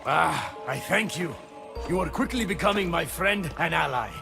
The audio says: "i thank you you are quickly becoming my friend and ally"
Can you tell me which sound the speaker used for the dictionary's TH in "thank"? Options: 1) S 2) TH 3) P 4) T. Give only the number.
2